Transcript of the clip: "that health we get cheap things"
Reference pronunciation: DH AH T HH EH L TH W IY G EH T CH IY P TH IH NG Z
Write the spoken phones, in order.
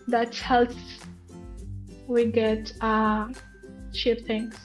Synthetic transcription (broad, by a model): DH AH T HH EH L S W IY G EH T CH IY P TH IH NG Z